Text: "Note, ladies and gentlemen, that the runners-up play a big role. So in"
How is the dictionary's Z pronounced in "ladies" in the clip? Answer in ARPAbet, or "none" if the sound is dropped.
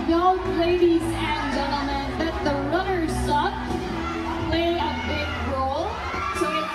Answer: Z